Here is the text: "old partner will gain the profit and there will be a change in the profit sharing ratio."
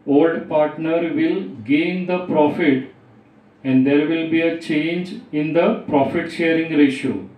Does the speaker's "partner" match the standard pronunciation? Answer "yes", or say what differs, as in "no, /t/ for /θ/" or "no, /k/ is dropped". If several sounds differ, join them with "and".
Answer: yes